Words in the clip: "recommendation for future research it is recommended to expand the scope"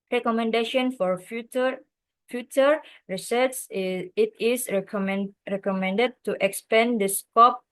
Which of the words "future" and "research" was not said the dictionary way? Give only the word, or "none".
research